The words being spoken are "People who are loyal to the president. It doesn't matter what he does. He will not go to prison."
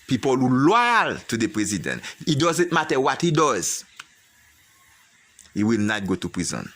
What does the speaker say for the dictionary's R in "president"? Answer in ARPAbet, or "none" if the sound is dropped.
R